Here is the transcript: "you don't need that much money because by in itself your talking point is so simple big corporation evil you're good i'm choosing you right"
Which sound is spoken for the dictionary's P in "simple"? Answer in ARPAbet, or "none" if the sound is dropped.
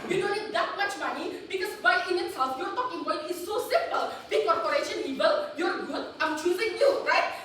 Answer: P